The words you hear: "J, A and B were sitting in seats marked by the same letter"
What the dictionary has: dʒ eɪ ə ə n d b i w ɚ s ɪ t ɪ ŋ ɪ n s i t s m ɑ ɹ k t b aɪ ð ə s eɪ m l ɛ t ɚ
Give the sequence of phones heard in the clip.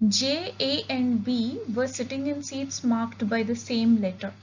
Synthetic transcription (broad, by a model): dʒ eɪ ə ə n d b i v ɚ s ɪ t ɪ ŋ ɪ n s i t s m ɑ ɹ k t b aɪ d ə s eɪ m l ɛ t ɚ